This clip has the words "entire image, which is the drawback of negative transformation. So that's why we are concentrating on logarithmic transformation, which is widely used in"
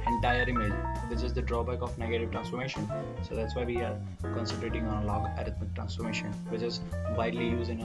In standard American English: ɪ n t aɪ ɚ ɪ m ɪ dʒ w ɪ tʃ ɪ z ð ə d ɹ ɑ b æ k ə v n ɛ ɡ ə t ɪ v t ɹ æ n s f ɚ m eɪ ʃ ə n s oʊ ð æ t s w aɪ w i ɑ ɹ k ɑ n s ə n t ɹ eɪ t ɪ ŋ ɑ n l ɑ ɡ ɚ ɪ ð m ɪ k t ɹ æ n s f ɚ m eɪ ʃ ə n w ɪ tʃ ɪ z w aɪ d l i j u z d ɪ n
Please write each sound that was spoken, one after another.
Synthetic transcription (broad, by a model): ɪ n t aɪ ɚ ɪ m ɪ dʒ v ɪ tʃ ɪ z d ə d ɹ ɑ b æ k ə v n ɛ ɡ ə t ɪ v t ɹ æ n s f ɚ m eɪ ʃ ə n s oʊ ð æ t s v aɪ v i ɑ ɹ k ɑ n s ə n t ɹ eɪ t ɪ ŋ ɑ n l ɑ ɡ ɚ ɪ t m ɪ k t ɹ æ n s f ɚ m eɪ ʃ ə n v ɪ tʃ ɪ z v aɪ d l i j u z ɪ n